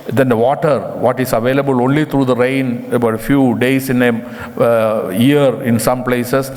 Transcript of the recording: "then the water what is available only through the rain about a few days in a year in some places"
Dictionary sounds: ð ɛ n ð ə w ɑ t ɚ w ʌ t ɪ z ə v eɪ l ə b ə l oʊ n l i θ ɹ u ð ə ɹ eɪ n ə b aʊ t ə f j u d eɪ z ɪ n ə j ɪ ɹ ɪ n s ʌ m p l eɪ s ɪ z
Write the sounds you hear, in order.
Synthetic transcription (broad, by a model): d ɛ n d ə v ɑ t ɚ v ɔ t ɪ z ə v eɪ l ə b ə l oʊ n l i t ɹ u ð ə ɹ eɪ n ə b aʊ t ə f j u d eɪ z ɪ n ə j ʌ ɹ ɪ n s ʌ m p l eɪ s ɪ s